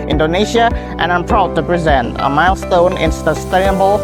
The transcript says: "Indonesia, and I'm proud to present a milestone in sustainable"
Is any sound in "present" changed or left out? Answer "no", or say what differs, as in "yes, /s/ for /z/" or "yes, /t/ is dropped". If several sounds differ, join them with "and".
no